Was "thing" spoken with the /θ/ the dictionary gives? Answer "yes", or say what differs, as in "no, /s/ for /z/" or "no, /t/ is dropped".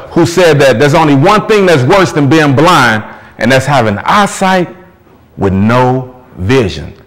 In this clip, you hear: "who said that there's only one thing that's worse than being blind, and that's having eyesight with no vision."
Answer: yes